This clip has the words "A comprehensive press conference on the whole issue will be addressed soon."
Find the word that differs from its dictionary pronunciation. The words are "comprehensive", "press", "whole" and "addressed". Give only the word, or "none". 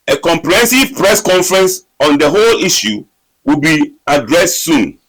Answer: none